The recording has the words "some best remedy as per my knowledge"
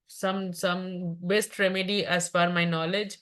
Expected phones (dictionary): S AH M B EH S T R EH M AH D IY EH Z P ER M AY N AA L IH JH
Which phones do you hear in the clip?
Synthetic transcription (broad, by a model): S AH M B EH S T R EH M AH D IY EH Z F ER M AY N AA L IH JH